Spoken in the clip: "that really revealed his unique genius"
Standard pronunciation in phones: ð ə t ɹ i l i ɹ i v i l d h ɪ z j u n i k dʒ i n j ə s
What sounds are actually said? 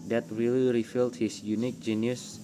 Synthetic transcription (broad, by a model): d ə t ɹ i l i ɹ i f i l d h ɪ s j u n i k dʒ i n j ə s